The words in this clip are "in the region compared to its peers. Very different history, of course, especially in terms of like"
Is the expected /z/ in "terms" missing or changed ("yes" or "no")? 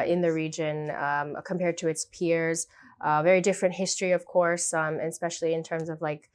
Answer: no